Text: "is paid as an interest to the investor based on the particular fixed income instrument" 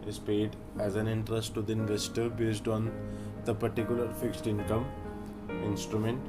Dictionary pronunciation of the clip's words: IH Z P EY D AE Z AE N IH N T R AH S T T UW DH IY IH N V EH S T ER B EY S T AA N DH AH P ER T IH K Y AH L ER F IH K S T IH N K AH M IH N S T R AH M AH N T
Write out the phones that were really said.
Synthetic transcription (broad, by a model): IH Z P EY D AE Z AE N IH N T R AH S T T UW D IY IH N V EH S T ER B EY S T AA N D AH P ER T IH K Y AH L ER F IH K S T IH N K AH M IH N S T R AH M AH N T